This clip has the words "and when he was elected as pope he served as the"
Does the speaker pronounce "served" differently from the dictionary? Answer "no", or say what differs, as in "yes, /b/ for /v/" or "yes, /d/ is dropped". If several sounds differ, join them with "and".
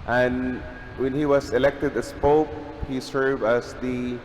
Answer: yes, /d/ is dropped